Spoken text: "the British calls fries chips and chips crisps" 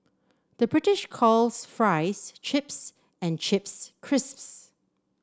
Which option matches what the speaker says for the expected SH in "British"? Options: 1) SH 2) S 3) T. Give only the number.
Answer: 1